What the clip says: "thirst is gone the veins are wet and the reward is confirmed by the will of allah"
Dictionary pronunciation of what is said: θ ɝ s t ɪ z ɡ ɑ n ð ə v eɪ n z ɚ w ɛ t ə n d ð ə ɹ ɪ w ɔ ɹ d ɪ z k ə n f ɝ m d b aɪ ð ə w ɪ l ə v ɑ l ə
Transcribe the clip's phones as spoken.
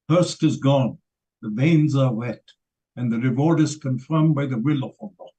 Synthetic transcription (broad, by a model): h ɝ s t ɪ z ɡ ɑ n ð ə v eɪ n z ɚ w ɛ t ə n ð ə ɹ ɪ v ɔ ɹ d ɪ z k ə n f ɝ m b aɪ ð ə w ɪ l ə f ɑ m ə